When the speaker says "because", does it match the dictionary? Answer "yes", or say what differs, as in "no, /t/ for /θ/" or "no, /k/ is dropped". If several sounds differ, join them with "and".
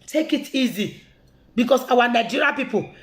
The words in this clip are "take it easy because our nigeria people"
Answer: no, /s/ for /z/